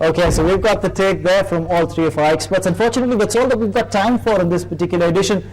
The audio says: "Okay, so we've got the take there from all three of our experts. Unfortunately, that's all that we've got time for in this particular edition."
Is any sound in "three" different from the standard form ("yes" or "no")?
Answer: yes